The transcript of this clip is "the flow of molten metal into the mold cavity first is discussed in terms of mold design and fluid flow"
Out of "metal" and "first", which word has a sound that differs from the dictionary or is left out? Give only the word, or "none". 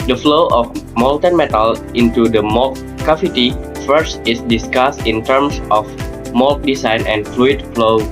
none